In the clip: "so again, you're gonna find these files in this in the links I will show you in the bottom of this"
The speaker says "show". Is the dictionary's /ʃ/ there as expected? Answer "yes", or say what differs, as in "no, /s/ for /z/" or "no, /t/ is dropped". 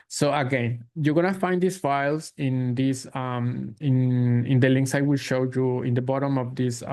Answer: yes